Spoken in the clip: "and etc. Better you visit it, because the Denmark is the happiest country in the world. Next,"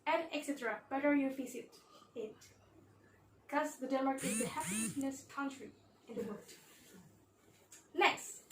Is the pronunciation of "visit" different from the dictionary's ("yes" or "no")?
yes